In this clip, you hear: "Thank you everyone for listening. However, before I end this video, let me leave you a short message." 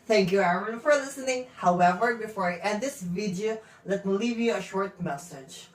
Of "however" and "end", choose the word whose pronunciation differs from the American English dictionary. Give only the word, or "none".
end